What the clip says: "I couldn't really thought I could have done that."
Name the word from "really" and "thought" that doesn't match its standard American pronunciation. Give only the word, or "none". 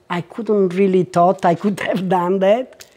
thought